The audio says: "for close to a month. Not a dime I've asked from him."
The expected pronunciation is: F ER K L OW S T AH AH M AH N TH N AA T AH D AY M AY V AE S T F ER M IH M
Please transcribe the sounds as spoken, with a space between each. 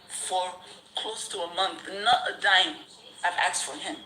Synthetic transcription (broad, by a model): F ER K L OW S T AH AH M AH N TH N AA T AH D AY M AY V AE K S F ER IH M